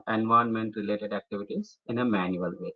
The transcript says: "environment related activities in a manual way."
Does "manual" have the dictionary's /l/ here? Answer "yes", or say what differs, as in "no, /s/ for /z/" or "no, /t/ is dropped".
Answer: yes